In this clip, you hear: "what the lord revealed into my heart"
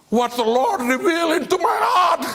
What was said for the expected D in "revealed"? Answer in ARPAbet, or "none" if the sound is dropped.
none